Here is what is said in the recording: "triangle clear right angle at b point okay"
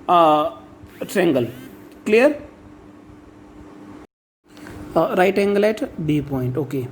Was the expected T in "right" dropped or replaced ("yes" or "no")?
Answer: no